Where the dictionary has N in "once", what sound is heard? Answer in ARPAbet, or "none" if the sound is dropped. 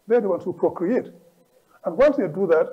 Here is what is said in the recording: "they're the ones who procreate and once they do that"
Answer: L